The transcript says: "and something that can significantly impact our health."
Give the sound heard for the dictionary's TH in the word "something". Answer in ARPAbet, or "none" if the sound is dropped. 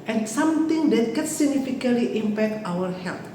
T